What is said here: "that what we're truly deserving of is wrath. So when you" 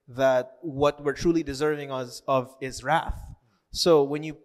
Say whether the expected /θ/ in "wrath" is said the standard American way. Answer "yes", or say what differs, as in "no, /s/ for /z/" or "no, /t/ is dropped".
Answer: yes